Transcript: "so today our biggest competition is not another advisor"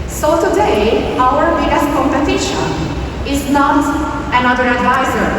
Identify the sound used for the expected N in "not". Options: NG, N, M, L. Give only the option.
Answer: N